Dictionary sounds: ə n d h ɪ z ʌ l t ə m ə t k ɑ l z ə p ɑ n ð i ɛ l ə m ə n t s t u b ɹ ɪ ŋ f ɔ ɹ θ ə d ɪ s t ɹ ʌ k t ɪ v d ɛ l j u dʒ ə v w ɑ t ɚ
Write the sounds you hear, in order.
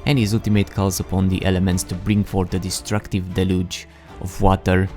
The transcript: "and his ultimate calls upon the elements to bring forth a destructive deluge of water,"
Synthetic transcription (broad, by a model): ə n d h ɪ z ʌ l t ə m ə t k ɑ l z ə p ɑ n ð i ɛ l ə m ə n t s t u b ɹ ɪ ŋ f ɔ ɹ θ ə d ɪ s t ɹ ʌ k t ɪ v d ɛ l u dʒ ə v w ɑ t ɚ